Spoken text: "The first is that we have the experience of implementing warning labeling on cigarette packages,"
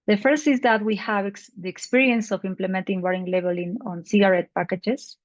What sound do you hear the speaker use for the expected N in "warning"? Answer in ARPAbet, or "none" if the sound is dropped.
none